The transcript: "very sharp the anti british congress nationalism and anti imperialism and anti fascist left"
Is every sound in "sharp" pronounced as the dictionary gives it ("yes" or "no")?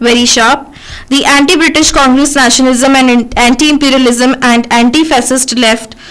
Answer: yes